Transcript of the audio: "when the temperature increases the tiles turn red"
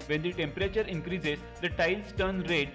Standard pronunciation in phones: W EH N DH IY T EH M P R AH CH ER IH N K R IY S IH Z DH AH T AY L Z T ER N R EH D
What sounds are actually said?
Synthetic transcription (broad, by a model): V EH N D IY T EH M P R AH CH ER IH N K R IY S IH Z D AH T AY L S T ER N R EH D